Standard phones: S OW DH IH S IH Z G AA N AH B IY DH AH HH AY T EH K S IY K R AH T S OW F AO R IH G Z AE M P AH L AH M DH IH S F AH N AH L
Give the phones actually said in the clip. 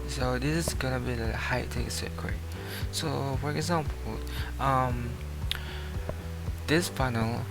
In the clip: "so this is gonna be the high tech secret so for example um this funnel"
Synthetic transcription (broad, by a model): S OW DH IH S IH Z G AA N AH B IY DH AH HH AY T EH K S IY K AH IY S OW F AO R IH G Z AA M P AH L AH M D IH S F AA N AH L